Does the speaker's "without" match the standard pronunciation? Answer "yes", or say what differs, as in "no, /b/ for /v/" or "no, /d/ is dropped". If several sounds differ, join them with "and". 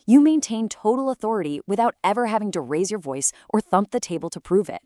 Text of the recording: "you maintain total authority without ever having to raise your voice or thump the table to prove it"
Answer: yes